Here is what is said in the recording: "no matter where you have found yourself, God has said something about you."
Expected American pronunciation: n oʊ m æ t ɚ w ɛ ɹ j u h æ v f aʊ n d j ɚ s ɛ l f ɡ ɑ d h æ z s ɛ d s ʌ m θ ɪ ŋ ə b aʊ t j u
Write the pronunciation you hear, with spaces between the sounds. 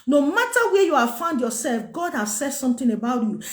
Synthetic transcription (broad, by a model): n oʊ m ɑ t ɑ w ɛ j u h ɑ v f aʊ n d j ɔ s ɛ l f ɡ ɑ d h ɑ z s ɛ d s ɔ m t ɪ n ə b aʊ t j u